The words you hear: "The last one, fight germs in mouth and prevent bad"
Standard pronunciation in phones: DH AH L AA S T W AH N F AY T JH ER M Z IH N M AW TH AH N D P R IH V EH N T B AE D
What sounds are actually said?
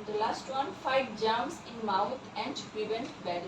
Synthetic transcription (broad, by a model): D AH L AA S T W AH N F AY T JH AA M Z IH N M AW T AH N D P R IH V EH N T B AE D